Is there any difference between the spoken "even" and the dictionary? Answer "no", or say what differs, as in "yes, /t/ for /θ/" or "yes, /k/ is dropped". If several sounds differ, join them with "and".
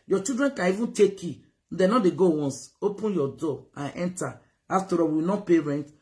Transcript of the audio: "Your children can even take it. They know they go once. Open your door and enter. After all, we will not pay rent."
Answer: no